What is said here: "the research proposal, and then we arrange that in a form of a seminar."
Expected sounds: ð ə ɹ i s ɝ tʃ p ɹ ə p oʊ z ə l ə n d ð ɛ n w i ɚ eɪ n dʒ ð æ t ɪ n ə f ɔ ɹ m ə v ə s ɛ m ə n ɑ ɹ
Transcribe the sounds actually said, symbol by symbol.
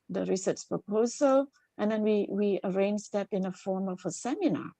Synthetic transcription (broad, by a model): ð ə ɹ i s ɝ s p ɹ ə p oʊ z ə l ə n d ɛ n w i ɚ eɪ n dʒ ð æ t ɪ n ə f ɔ ɹ m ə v ə s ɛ m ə n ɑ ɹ